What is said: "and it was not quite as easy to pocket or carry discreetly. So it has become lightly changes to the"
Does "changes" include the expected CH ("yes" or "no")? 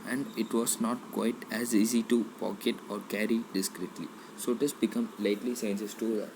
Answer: no